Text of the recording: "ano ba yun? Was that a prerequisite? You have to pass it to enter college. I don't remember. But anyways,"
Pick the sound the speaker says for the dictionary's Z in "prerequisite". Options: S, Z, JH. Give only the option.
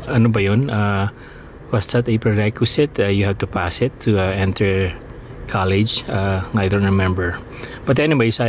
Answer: S